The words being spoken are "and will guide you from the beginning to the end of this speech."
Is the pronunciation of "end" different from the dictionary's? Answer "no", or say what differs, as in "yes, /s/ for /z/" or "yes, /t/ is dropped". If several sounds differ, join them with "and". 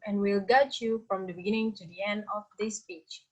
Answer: no